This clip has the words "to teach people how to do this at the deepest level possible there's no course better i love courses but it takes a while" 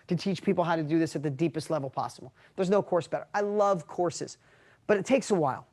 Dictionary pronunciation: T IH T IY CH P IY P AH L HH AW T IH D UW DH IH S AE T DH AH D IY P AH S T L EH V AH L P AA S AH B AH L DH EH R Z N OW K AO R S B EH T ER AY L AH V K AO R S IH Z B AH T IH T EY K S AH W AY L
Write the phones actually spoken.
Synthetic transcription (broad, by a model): T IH T IY CH P IY P L HH AW T IH D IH DH IH S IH T DH AH D IY P AH S T L EH V L P AA S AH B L DH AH R Z N OW K AO R S B EH T ER AY L AH V K AO R S IH Z B AH T IH T EY K S AH W AY L